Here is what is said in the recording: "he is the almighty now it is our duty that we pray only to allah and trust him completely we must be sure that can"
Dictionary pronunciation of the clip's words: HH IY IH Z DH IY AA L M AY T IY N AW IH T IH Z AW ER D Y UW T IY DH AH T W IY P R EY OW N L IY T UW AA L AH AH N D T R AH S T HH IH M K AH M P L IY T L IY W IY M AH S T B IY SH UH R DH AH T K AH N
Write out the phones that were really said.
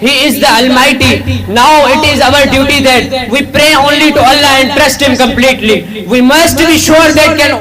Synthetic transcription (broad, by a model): HH IY IH Z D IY AA L M AY T IY N AW IH T IH Z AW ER D Y UW T IY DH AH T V IY P R EY OW N L IY T UW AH L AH AH N D T R AH S T HH IH M K AH M P L IY T L IY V IY M AH S T B IY SH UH R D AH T K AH N